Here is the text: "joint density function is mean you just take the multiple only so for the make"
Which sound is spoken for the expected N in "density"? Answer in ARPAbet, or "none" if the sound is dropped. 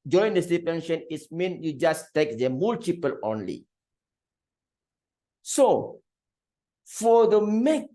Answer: none